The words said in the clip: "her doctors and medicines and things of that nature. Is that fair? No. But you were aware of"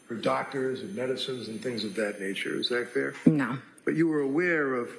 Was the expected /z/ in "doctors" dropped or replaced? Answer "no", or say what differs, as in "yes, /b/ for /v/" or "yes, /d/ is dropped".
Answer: no